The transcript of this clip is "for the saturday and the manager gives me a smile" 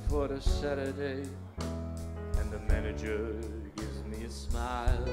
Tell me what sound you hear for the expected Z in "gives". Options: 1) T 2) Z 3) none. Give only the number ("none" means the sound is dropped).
2